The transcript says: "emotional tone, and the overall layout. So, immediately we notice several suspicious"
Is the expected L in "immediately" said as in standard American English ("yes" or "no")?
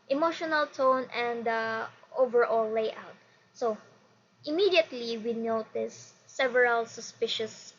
yes